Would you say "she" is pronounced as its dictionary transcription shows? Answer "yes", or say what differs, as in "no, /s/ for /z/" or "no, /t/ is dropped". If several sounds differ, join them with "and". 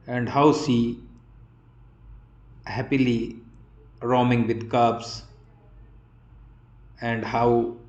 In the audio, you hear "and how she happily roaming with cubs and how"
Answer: no, /s/ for /ʃ/